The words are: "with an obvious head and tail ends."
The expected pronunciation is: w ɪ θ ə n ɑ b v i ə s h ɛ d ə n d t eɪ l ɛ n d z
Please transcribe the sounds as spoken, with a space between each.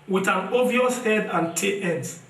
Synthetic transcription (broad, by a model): w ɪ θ ə n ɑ v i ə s h ɛ d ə n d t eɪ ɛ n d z